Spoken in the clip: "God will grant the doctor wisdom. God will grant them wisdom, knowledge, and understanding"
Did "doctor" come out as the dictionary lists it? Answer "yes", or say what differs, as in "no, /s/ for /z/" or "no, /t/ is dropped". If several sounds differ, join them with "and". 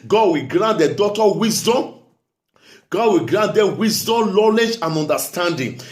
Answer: no, /k/ is dropped